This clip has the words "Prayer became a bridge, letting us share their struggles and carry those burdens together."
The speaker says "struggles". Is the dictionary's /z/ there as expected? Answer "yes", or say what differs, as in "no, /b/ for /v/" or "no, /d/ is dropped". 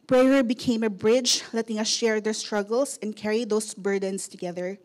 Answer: no, /s/ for /z/